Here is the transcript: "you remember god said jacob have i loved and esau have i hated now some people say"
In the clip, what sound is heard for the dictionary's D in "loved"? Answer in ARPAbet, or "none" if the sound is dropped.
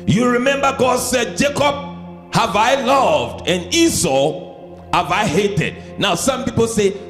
D